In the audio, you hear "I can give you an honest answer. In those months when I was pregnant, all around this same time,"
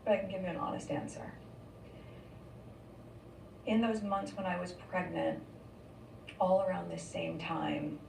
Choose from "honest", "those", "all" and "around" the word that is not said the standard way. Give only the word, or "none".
none